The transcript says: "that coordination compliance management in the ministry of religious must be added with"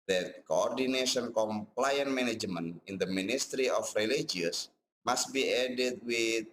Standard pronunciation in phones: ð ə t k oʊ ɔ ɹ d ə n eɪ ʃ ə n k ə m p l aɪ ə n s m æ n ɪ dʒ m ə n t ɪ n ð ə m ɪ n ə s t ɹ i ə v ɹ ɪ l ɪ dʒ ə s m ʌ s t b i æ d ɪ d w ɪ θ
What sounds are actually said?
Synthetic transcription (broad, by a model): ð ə t k oʊ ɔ ɹ d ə n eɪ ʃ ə n k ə m p l aɪ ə n m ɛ n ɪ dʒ m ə n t ɪ n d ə m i n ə s t ɹ i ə f ɹ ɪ l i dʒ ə s m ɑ s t b i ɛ d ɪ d w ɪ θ